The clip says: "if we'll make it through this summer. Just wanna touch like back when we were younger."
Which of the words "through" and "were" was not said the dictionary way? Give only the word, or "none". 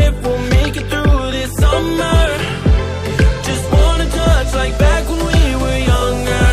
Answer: none